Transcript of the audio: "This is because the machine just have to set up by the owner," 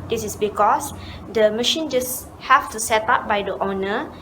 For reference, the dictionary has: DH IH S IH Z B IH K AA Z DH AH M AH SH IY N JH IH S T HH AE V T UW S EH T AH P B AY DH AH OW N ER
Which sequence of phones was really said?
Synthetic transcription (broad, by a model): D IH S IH S B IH K AA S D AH M AH SH IY N JH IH S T HH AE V T UW S EH T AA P B AY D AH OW N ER